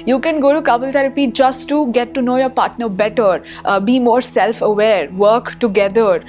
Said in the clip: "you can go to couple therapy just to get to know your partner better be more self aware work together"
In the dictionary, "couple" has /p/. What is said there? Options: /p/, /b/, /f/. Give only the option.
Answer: /b/